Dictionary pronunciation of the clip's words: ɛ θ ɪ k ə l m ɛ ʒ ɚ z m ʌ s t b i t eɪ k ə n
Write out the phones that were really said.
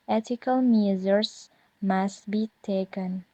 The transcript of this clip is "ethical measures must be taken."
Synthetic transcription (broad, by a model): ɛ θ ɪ k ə l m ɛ z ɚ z m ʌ s t b i t eɪ k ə n